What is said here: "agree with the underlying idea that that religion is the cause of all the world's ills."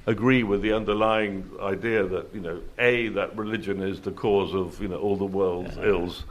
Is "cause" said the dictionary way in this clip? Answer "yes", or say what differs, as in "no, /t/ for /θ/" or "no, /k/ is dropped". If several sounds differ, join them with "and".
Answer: yes